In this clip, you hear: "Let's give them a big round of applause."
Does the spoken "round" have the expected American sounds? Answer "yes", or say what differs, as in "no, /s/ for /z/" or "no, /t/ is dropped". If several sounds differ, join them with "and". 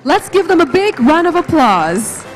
no, /d/ is dropped